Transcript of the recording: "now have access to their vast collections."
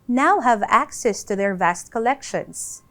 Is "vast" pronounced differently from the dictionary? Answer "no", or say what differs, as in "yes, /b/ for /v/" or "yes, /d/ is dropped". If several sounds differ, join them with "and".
no